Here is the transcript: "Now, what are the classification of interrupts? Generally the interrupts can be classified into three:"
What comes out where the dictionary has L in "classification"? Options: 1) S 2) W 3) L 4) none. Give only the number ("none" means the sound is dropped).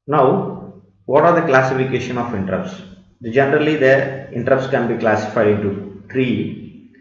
3